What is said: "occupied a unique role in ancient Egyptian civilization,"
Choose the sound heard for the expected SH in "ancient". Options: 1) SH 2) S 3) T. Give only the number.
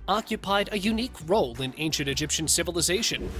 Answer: 1